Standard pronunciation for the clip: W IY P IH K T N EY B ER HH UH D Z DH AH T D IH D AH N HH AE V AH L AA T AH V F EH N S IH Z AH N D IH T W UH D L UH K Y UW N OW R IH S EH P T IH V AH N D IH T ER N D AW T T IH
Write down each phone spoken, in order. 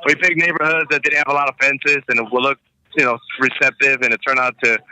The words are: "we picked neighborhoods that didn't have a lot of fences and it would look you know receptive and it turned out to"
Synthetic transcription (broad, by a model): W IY B IH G N EY B ER HH UH D Z DH AH T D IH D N HH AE V AH L AA T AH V F EH N S IH Z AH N IH T W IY L UH K Y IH N OW R IH S EH P T IH V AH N IH T ER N AW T T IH